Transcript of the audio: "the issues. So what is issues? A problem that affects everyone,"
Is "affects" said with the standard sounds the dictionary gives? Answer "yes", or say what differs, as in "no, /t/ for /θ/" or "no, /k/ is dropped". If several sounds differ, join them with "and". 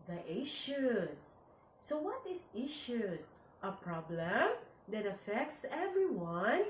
yes